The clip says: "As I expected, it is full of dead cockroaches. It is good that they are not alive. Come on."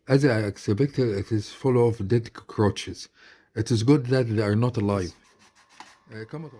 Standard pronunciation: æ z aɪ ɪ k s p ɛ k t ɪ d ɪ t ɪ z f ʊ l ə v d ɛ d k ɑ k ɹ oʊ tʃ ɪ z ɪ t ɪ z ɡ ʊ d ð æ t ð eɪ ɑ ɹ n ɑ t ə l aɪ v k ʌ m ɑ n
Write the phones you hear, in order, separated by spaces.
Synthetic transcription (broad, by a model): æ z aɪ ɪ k s b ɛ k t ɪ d ɪ t ɪ z f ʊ l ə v d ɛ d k k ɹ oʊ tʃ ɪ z ɪ t ɪ z ɡ ʊ d ð æ t ð eɪ ɑ ɹ n ɑ t ə l aɪ v k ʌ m